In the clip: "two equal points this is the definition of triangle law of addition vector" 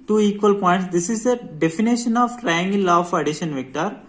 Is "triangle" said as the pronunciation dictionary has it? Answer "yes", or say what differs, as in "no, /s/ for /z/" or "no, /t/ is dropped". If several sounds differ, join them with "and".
no, /n/ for /l/